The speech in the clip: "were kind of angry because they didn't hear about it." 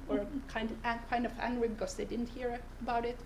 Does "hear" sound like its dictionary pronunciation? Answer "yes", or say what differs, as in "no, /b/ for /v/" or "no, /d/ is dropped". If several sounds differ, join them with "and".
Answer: yes